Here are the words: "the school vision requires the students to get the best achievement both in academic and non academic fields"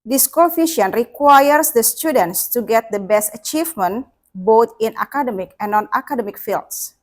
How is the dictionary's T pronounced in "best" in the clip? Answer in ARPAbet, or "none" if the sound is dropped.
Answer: T